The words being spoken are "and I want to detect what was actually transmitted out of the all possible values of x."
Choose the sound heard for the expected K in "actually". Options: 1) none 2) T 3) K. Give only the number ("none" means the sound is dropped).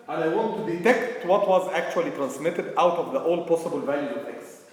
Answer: 3